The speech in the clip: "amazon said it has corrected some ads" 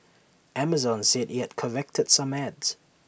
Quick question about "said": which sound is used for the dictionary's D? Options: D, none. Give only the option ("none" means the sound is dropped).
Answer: D